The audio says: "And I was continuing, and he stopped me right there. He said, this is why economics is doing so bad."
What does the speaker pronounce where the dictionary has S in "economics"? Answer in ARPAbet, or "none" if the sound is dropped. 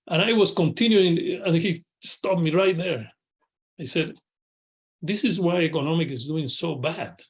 none